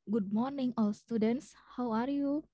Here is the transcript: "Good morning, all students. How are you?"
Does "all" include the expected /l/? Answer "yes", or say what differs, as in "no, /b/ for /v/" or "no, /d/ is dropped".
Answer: yes